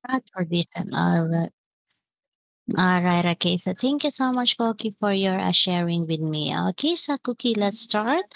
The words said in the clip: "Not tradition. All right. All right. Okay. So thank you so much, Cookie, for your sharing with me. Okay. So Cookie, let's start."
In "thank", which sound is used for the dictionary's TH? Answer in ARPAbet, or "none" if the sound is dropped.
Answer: T